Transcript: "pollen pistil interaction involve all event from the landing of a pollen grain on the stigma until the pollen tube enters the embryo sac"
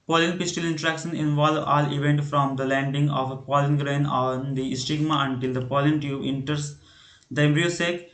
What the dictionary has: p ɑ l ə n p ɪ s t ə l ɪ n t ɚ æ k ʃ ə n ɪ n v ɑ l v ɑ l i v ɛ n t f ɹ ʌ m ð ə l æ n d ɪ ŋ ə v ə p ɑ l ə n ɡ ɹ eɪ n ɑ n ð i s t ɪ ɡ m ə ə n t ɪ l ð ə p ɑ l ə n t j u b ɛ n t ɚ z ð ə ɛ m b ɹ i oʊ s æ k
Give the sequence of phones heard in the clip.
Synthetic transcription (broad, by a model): p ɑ l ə n p ɪ s t ə l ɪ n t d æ k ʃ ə n ɪ n v ɑ l v ɑ l i v ɛ n t f ɹ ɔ m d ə l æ n d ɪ ŋ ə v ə p ɑ l ə n ɡ ɹ eɪ n ɑ n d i s t ɪ ɡ m ə ə n t ɪ l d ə p ɑ l ə n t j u ɛ n t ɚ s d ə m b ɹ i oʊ s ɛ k